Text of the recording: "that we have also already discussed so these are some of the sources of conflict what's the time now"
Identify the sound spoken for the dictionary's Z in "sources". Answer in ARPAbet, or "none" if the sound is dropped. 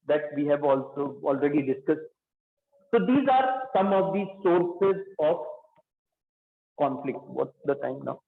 Z